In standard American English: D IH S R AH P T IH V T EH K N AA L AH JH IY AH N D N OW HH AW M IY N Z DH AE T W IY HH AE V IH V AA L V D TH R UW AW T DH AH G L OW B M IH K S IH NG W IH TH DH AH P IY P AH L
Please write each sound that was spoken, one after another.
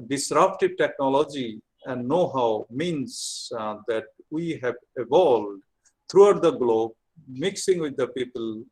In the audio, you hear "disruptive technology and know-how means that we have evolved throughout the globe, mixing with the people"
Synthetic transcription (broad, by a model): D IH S R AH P T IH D T EH K N AA L AH JH IY AH N D N OW HH AW M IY N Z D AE T W IY HH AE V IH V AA L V D T R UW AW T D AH G L OW B M IH K S IH NG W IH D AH P IY P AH L